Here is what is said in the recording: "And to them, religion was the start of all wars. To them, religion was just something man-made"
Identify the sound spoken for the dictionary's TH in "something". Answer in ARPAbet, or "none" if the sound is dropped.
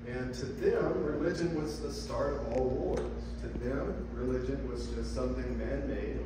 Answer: TH